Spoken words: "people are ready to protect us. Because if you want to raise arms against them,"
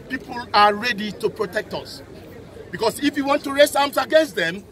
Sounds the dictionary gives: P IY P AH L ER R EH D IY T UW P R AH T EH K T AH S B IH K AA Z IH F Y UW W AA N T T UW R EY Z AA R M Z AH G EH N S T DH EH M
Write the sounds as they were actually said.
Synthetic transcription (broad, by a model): P IY P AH L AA R EH D IY T UW P R AH T EH K T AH S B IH K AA S IH F Y UW W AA N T T UW R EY S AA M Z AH G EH N S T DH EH M